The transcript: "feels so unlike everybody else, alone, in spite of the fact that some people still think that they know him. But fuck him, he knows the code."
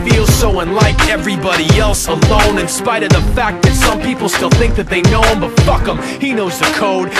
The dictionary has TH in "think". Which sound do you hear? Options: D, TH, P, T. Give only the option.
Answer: TH